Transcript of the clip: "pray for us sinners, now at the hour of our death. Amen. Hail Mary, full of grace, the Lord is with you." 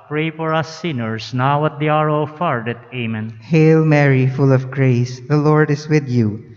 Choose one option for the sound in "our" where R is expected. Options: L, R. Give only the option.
R